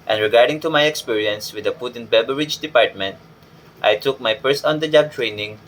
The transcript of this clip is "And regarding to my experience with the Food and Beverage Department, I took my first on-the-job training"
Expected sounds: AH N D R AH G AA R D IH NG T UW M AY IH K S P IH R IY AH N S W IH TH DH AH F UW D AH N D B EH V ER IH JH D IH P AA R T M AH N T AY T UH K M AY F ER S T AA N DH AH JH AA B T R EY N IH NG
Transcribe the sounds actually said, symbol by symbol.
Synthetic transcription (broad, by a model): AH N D R AH G AA R D IH NG T UW M AY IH K S P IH R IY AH N S W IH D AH F UW D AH N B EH B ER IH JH D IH P AA R T M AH N T AY T UH K M AY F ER S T AA N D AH JH AA B T R EY N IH NG